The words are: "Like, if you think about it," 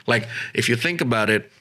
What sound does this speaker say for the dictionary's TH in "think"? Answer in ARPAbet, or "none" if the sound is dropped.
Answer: TH